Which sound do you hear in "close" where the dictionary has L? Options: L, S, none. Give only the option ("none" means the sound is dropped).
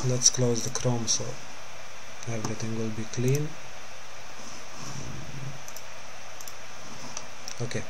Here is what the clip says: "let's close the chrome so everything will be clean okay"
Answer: L